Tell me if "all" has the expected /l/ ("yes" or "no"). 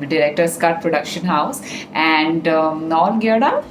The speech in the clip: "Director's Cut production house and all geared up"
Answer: no